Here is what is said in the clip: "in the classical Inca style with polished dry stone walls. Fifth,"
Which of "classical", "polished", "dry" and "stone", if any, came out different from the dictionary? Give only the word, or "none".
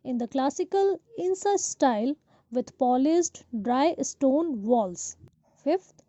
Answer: polished